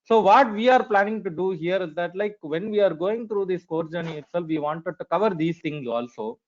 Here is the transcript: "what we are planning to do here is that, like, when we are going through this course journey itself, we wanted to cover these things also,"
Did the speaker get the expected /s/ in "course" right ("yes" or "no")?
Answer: no